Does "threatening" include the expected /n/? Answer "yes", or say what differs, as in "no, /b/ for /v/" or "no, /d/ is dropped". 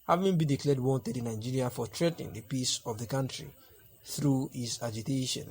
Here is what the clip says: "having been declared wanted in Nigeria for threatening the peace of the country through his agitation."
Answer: no, /n/ is dropped